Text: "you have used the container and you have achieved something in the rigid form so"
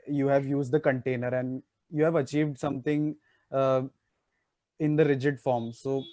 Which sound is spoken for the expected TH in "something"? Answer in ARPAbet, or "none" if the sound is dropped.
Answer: T